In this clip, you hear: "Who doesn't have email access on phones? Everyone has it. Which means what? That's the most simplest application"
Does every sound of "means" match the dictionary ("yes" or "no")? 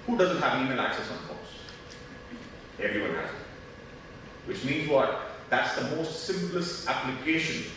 yes